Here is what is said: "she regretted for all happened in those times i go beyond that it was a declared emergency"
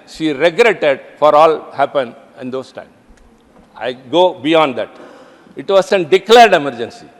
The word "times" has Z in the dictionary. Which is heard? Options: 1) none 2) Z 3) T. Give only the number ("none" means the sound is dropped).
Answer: 1